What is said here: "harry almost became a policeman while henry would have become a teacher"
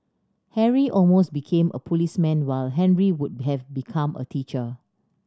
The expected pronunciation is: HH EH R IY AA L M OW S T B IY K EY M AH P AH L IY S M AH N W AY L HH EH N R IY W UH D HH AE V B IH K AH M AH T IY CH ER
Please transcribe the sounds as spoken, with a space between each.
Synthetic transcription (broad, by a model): HH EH R IY AA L M OW S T B IY K EY M AH P AH L IY S M AH N W AY L HH EH N R IY W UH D HH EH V B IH K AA M AH T IY CH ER